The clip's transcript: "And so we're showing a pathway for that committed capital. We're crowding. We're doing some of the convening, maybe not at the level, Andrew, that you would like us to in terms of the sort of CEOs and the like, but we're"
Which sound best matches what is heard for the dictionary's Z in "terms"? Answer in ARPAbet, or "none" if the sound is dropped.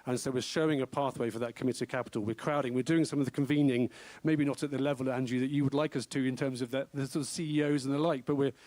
Z